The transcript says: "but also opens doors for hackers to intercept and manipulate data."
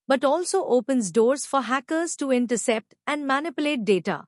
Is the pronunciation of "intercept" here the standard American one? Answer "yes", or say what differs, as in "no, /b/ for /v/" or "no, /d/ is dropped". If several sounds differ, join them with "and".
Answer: yes